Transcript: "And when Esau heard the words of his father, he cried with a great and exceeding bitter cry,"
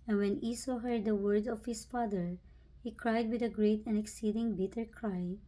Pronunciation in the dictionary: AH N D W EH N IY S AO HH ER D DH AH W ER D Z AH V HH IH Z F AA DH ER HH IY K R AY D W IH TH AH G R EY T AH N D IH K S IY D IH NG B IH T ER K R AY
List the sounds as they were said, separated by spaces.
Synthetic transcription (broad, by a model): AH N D W EH N IY S AO HH ER D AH W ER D AH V HH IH S F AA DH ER HH IY K R AY D W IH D AH G R EY T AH N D IH K S IY D IH NG B IH T ER K R AY